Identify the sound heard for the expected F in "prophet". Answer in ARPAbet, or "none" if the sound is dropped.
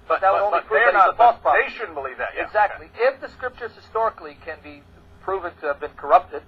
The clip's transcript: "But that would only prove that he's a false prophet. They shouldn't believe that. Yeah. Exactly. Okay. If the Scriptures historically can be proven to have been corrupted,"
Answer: none